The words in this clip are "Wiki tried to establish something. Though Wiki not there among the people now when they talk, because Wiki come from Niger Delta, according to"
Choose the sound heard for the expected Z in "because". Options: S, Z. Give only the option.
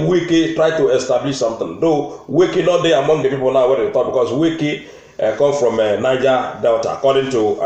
S